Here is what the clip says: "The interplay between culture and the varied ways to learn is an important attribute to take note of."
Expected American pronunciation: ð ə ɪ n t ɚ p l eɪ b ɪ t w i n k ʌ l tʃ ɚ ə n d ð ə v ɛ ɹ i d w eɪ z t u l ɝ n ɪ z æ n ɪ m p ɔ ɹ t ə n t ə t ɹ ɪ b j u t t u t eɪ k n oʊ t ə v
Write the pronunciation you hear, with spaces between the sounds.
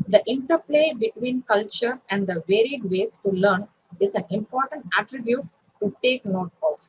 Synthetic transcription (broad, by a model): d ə ɪ n t ɚ p l eɪ b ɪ t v i n k ʌ l tʃ ɚ ə n d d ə v ɛ ɹ i d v eɪ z t u l ɝ n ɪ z æ n ɪ m p ɔ ɹ t ə n t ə t ɹ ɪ b j u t t u t eɪ k n oʊ t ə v